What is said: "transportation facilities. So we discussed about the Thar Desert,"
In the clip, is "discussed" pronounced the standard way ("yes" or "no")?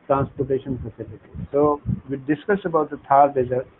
no